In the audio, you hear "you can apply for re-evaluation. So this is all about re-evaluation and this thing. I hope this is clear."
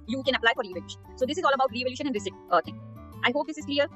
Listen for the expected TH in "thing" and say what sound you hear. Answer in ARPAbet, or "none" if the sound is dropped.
T